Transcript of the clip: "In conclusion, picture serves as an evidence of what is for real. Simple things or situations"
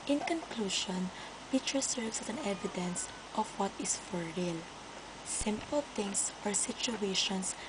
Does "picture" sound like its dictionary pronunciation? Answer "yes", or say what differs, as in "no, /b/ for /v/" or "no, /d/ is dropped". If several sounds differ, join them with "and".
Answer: no, /k/ is dropped